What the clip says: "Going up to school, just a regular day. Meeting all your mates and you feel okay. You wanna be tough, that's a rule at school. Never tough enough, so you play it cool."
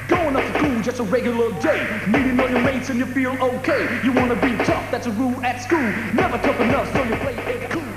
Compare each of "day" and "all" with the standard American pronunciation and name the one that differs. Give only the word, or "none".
all